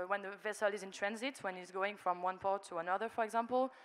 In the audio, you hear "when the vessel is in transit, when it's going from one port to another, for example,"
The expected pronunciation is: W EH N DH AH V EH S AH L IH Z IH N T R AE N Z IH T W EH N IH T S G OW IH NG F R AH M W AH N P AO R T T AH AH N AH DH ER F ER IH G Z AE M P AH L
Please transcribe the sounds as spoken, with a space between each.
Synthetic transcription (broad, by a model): W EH N DH AH V EH S AH L IH Z IH N T R AE N Z IH T W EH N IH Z G OW IH NG F R AH M W AH N P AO R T T AH AH N AH DH ER F ER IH G Z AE M P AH L